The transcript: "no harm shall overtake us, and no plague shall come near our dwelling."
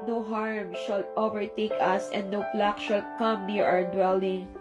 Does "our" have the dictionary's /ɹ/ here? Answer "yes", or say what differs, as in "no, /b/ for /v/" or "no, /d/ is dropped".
no, /w/ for /ɹ/